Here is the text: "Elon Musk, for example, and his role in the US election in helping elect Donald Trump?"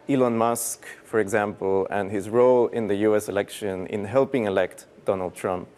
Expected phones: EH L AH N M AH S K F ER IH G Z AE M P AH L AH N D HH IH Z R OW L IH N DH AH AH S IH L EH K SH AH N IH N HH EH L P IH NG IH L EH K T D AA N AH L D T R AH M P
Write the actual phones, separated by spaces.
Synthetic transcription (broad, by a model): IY L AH N M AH S K F ER IH G Z AE M P AH L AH N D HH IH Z R OW L IH N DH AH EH S IH L EH K SH AH N IH N HH EH L P IH NG IH L EH K T D AA N AH L D T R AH M P